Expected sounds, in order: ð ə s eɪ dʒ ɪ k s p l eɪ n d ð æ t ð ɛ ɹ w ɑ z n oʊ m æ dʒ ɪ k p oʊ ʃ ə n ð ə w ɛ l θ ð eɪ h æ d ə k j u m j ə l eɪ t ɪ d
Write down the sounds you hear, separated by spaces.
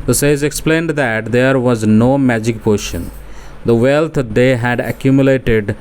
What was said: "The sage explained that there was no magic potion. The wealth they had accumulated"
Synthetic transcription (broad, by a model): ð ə s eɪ z ɪ k s p l eɪ n d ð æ t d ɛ ɹ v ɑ z n oʊ m æ dʒ ɪ k p oʊ ʃ ə n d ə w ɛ l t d eɪ h æ d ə k j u m j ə l eɪ t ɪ d